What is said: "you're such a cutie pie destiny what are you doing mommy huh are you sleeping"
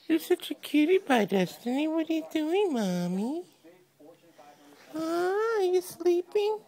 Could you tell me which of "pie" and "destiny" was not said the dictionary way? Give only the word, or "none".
pie